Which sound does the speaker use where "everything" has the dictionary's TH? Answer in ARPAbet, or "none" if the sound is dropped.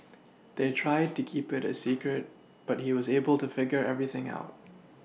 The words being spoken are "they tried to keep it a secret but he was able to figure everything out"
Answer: TH